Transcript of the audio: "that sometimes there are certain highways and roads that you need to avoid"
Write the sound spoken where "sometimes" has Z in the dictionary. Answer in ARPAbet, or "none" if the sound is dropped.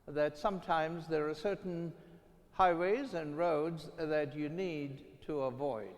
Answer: Z